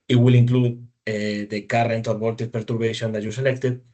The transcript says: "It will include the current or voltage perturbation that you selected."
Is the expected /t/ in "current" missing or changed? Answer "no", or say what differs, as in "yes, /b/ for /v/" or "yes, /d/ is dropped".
no